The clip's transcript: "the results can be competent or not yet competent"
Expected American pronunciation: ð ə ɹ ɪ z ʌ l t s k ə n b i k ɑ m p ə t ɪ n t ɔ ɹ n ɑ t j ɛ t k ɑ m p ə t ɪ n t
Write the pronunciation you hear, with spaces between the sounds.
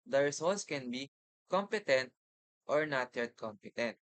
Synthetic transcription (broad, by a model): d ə ɹ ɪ s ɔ l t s k ə n b i k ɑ m p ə t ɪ n t ɔ ɹ n ɑ t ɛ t k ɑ m p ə t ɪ n t